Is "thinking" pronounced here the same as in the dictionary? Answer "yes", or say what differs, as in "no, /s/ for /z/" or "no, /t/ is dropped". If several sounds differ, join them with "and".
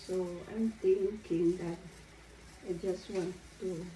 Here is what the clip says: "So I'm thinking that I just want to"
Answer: no, /t/ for /θ/